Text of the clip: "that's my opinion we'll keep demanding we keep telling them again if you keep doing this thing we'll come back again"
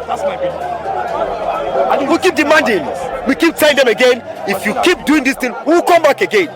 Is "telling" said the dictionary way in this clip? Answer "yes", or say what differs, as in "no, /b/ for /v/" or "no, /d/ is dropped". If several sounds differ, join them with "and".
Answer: no, /l/ is dropped